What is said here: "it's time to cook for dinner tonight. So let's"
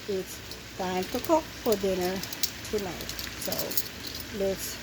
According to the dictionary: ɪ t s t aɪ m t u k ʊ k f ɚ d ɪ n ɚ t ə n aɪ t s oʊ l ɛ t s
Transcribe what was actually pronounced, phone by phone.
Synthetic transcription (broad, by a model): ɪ t s t aɪ m t u k ʊ k f ɚ d ɪ n ɚ t ə n aɪ t s oʊ l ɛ t s